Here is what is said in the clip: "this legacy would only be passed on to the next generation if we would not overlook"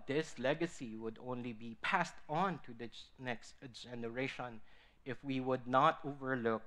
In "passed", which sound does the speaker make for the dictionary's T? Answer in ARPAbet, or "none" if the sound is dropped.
T